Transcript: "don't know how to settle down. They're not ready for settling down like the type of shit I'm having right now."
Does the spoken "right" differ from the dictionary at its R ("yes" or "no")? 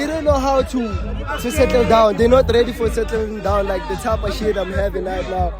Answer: yes